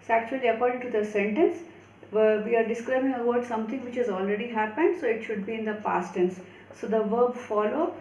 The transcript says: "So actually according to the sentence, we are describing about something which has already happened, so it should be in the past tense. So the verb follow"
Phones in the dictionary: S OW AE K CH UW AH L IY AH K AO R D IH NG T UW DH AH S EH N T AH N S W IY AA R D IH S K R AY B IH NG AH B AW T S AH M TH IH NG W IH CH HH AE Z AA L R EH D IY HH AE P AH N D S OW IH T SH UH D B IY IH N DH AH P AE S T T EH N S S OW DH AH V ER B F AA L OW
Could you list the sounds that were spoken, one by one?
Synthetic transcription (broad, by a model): S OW AE K CH UW AH L IY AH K AO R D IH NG T UW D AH S EH N T AH N S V IY AA R D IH S K R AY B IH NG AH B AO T S AH M T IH NG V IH CH HH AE Z AA L R EH D IY HH AE P AH N D S OW IH T SH UH D B IY IH N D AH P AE S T T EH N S S OW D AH V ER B F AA L OW